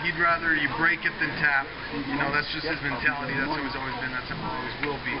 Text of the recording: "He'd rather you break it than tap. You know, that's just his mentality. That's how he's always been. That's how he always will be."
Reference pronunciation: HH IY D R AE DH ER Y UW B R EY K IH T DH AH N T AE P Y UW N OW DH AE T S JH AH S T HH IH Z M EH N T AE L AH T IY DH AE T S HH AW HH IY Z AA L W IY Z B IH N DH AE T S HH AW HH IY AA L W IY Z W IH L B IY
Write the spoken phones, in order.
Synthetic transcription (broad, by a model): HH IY D R AE DH ER Y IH B R EY K IH T DH AH N T AE P Y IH N OW DH AE T S JH AH S T HH IH Z M EH N T AE L AH T IY DH AE T S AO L IY Z AA L W IY Z B IH N DH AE T S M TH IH AA L W IY Z W IH L B IY